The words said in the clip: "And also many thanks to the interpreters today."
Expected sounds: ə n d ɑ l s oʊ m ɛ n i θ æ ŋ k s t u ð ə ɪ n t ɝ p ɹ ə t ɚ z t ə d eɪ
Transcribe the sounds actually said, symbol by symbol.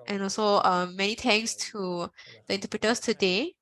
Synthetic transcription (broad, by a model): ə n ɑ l s oʊ m ɛ n i t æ ŋ s t u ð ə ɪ n t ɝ p ɹ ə t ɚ s t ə d eɪ